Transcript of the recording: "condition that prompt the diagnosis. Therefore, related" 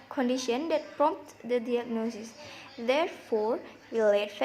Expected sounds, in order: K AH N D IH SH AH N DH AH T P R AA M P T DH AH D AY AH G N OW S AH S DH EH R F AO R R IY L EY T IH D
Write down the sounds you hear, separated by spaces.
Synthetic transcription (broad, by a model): K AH N D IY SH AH N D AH T P R AA M P T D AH D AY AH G N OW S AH S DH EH R F AO R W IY L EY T